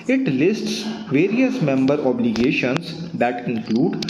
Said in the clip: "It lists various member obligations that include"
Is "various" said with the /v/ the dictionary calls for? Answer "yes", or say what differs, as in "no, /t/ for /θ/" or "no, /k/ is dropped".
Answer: yes